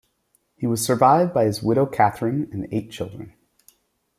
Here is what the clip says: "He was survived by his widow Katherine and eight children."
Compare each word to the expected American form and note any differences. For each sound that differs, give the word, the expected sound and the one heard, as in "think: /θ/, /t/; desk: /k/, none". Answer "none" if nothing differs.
none